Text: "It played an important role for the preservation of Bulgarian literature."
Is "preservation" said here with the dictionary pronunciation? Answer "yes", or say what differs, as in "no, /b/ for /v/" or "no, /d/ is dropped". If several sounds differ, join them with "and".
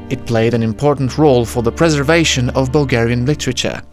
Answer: yes